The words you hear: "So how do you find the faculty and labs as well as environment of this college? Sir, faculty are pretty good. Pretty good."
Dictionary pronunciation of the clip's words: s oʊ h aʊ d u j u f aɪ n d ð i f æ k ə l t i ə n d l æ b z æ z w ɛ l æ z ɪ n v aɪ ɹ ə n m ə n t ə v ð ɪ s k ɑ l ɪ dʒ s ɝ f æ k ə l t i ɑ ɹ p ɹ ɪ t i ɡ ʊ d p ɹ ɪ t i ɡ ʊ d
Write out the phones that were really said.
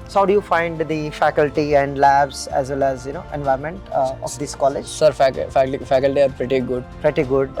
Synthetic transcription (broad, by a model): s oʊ h aʊ d u j u f aɪ n d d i f æ k ə l t i ə n d l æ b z æ z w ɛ l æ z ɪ n v aɪ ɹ m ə n t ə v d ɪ s k ɑ l ɪ dʒ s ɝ f æ k ə l t i ɑ ɹ p ɹ ɪ t i ɡ ʊ d p ɹ ɪ t i ɡ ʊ d